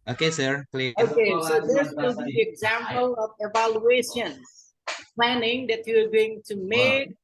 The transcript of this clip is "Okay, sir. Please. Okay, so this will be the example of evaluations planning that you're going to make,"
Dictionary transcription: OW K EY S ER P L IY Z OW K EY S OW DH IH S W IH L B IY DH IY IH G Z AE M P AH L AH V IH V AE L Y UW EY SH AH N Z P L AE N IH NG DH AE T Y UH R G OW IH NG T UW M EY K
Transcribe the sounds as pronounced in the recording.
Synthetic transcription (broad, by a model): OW K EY S ER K L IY OW K EY S OW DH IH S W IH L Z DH IY IH G Z AE M P AH L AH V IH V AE L Y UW EY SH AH N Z P L AE N IH NG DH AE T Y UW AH G OW IH NG T UW M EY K